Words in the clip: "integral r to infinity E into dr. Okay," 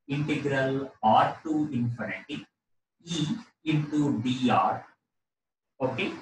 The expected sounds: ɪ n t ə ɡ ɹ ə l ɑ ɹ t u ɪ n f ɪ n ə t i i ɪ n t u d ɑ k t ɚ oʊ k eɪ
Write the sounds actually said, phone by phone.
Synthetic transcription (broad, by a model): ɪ n t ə ɡ ɹ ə l ɑ ɹ t u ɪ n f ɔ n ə t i i ɪ n t u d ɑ t oʊ k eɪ